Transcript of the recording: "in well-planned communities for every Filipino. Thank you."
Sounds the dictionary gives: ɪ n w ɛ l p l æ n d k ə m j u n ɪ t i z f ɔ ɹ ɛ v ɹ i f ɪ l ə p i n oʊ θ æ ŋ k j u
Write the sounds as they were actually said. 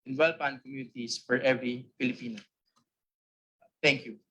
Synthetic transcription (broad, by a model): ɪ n w ɛ l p ɑ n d k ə m j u n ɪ t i s f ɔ ɹ ɛ v ɹ i f ɪ l ə p i n oʊ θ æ ŋ k j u